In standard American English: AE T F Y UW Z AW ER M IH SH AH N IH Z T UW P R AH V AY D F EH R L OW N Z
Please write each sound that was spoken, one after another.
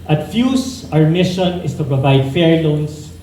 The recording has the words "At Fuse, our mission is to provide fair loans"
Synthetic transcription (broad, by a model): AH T F Y UW S AW ER M IH SH AH N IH S T UW P R AH V AY D F EH R L OW N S